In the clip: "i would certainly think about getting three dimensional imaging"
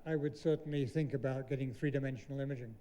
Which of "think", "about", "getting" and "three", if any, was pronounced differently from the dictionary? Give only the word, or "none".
none